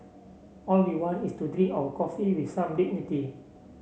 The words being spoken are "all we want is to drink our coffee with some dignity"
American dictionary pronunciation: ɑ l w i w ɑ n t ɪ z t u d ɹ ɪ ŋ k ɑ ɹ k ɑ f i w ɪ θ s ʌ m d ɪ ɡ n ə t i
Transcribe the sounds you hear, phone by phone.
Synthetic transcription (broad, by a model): ɑ l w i w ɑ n ɪ s t u d ɹ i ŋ ɑ w k ɑ f i w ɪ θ s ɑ m d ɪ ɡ n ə t i